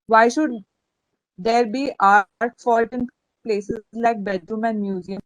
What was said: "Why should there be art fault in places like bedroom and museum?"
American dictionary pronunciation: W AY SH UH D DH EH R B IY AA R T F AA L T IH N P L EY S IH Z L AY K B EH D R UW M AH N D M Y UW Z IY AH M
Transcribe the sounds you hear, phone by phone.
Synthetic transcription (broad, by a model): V AY SH UH D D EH R B IY AA R T F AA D T IH N P L EY S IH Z L AY K B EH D R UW M AH N D M Y UW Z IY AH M